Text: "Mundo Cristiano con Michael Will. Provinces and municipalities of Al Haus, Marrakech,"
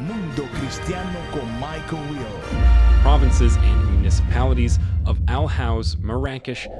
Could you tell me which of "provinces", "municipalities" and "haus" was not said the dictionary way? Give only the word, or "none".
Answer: none